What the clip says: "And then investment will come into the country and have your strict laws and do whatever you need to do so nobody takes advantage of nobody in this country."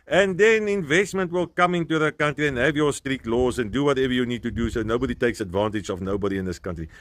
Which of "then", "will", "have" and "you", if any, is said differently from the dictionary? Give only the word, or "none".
none